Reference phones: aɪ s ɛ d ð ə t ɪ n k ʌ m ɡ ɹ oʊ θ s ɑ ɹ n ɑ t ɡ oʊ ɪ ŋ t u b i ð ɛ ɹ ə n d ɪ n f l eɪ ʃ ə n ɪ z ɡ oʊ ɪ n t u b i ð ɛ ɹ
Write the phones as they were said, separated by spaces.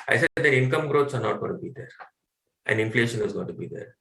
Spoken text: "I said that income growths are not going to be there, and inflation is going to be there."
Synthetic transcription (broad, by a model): aɪ s ɛ d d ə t ɪ n k ʌ m ɡ ɹ oʊ t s ɑ ɹ n ɑ t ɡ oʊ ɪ t u b i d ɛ ɹ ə n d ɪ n f l eɪ ʃ ə n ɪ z ɡ oʊ ɪ n t u b i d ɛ ɹ